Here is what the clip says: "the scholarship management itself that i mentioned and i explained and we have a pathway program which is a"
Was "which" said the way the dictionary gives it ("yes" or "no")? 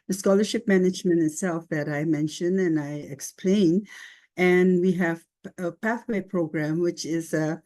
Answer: yes